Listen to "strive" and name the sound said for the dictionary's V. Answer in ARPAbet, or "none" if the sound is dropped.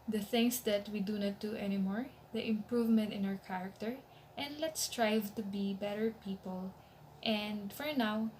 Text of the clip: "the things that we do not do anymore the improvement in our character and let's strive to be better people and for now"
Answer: V